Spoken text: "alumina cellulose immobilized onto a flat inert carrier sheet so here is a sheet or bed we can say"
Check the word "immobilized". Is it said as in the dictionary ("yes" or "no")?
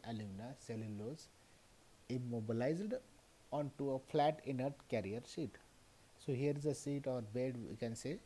yes